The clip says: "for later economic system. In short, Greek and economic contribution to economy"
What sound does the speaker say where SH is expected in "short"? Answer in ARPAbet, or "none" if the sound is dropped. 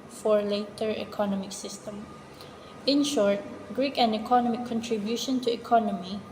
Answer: SH